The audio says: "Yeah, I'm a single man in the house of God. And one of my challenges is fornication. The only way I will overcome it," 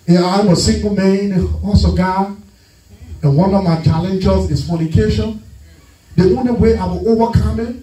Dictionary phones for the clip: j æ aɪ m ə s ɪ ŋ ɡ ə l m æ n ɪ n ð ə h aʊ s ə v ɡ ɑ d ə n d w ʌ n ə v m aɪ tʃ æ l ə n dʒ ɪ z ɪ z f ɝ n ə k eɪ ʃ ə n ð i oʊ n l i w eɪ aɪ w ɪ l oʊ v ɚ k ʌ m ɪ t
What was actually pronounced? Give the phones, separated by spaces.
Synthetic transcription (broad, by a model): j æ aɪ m ə s ɪ ŋ ɡ ə l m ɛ ɪ n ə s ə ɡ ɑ ə n w ʌ n ə v m aɪ tʃ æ l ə n dʒ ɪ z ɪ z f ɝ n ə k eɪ ʃ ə n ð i oʊ n l i w eɪ aɪ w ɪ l oʊ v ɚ k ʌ m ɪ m